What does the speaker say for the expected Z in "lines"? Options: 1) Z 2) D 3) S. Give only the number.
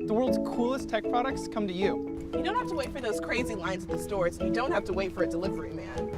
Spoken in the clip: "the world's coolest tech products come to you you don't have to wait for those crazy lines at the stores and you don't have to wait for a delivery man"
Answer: 1